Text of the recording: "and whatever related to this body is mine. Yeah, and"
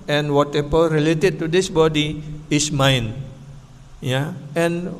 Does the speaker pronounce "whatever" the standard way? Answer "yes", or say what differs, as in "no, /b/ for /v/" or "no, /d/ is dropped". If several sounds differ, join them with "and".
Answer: no, /p/ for /v/